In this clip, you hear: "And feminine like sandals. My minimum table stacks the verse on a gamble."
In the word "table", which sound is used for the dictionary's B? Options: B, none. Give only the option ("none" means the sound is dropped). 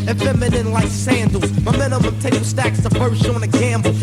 none